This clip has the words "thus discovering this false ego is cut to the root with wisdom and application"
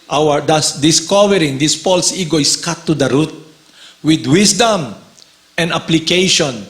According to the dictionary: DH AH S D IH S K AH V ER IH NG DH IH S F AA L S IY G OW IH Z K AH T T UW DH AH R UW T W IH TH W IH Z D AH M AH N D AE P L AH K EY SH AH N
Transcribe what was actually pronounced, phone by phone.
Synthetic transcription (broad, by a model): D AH S D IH S K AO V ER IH NG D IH S P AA L S IY G OW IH S K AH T T UW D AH R UW T W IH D W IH S D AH M AH N D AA P L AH K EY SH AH N